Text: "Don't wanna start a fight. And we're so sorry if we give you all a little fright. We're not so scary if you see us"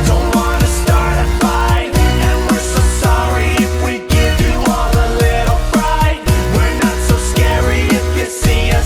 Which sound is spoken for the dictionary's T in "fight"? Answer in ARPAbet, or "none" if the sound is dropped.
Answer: none